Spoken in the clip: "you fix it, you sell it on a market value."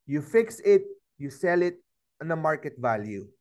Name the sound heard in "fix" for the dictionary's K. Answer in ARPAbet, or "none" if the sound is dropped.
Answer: K